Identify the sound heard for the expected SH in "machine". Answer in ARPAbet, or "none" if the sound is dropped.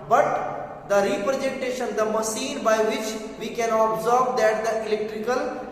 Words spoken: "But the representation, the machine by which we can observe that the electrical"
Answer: S